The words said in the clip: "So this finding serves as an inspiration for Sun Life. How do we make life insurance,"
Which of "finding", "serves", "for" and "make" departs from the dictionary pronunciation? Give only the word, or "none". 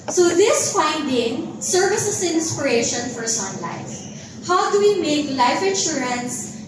serves